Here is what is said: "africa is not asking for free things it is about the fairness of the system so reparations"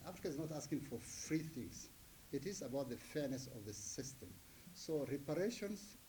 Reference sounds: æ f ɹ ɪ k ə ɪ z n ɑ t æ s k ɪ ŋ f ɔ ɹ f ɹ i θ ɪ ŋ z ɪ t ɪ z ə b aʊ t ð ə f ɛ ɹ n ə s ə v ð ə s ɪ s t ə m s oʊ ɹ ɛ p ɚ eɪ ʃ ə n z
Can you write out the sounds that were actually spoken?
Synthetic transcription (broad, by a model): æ f ɹ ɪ k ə ɪ z n ɑ t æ s k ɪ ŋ f ɔ ɹ f ɹ i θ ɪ ŋ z ɪ t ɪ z ə b aʊ t ð ə f ɛ ɹ n ə s ə v ð ə s ɪ s t ə m s oʊ ɹ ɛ p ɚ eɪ ʃ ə n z